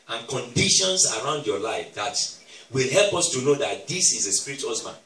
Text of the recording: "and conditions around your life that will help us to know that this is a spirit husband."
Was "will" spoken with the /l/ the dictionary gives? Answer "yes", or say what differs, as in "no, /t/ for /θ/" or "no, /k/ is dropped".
yes